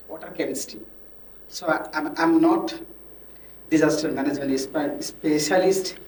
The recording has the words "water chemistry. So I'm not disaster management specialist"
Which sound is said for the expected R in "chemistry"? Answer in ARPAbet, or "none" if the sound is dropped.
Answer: none